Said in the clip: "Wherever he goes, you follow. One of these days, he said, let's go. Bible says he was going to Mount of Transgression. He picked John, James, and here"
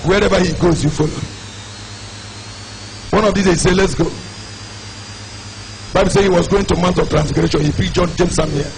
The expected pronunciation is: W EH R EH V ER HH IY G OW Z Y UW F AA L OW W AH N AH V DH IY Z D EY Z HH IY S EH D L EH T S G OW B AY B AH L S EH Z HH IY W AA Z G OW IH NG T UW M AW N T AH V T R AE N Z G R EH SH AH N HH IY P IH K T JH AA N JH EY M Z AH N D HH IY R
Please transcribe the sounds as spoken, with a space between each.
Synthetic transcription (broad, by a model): W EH R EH V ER HH IY G OW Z Y UW F AA L OW W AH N AH V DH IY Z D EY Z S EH L EH T S G OW B AY B AH L S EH HH IY W AA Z G OW IH NG T UW M AW N T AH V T R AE N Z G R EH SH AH N HH IY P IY T JH AA N JH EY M S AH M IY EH